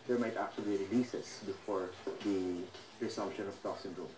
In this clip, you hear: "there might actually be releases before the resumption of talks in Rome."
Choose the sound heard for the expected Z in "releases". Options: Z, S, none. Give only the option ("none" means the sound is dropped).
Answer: S